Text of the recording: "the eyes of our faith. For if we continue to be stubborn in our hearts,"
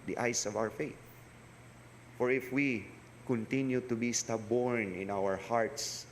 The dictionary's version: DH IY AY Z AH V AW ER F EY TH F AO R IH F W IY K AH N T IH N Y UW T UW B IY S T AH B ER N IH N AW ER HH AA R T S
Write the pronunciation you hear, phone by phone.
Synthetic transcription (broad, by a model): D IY AY S AH V AW ER F EY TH F AO R IH F W IY K AH N T IH N Y UW T UW B IY S T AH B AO N IH N AW ER HH AA R T S